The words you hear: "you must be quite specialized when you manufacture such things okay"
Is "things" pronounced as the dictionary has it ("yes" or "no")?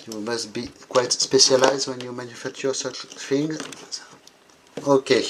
no